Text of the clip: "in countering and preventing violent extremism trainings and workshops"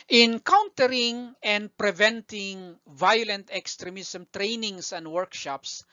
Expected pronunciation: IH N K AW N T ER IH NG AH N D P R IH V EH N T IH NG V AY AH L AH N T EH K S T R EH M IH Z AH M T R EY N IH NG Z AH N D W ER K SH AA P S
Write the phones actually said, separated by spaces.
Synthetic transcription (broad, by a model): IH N K AW N T ER IH NG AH N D P R IH V EH N T IH NG V AY AH L AH N T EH K S T R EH M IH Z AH M T R EY N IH NG S AH N D W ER K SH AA P S